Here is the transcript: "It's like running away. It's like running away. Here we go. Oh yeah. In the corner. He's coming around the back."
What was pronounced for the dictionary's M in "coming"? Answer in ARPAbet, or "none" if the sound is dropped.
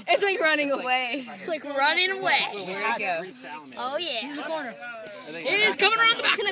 none